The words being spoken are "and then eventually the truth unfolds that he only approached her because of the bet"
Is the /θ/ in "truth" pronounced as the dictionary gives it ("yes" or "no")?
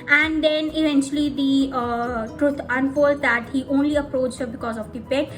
no